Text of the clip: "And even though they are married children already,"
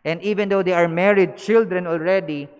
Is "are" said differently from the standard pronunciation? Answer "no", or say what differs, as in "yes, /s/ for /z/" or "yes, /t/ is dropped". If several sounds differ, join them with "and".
no